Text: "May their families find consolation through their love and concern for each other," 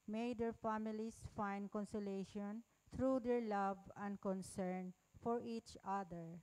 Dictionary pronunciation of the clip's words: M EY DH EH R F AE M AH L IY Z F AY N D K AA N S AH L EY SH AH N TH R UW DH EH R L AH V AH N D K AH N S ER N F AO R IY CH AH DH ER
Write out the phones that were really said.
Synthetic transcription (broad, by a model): M EY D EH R F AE M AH L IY S F AY N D K AA N S AH L EY SH AH N T R UW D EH R L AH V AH N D K AH N S ER N F AO R IY CH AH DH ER